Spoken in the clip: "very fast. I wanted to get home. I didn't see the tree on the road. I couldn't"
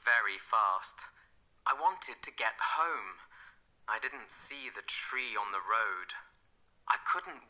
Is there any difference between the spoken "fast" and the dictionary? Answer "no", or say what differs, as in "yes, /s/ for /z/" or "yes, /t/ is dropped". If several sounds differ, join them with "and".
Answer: no